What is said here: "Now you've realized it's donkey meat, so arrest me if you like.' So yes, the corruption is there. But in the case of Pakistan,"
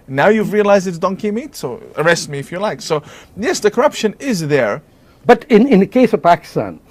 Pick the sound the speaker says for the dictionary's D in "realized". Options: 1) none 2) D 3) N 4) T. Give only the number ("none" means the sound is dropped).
2